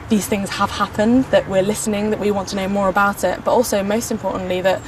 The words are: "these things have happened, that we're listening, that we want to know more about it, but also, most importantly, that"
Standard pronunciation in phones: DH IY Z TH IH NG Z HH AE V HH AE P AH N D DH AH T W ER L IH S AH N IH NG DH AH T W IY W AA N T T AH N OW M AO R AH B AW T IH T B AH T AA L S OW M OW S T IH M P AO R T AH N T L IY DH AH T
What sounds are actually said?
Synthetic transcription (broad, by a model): DH IY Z TH IH NG Z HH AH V HH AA P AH N DH AH T W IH L IH S AH N IH NG DH AH T W IY W AA N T T AH N OW M AO R AH B AW T IH T B AH T AA L S OW M OW S T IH M P AO T N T L IY DH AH T